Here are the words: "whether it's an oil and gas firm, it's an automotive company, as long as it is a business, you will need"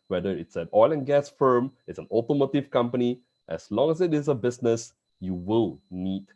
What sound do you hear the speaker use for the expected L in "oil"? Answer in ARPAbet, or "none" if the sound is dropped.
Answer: L